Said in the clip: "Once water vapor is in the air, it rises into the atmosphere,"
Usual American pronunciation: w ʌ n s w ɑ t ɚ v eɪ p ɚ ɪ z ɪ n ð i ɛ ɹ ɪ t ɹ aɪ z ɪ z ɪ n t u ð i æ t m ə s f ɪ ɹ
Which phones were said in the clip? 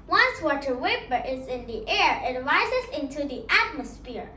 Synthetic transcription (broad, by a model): w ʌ n s w ɑ t ɚ w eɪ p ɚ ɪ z ɪ n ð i ɛ ɹ ɪ t ɹ aɪ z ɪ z ɪ n t u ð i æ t m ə s f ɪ ɹ